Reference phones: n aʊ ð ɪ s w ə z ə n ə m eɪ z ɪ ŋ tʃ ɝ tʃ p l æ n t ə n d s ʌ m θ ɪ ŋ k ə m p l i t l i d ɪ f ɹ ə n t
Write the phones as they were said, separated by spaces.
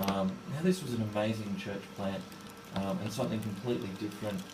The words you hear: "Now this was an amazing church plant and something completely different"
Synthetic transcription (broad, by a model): n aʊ ð ɪ s w ə z ə n ə m eɪ z ɪ ŋ tʃ ɝ tʃ p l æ n t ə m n s ʌ m θ ɪ ŋ k ə m p l i t l i d ɪ f ɹ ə n t